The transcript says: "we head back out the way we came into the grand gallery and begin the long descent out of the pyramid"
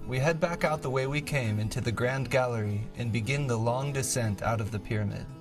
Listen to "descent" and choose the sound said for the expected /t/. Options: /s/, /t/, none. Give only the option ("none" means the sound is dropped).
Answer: /t/